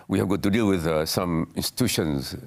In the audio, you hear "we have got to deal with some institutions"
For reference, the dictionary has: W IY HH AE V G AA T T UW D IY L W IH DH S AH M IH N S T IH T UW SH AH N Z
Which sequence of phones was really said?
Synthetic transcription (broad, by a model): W IY HH AE V G AA T T UW D IY L W IH DH S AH M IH N S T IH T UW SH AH N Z